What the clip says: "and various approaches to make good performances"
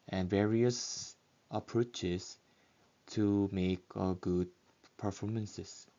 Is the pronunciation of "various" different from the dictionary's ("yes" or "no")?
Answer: no